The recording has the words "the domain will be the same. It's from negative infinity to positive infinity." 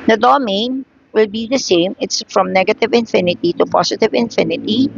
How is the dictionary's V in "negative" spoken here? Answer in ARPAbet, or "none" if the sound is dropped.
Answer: V